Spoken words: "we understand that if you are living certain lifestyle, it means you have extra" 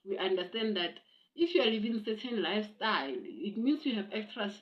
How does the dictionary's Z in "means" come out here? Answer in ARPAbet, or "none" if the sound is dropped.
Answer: S